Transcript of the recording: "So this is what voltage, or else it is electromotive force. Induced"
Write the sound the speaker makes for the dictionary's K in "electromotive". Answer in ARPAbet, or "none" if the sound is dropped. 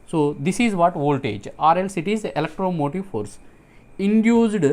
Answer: K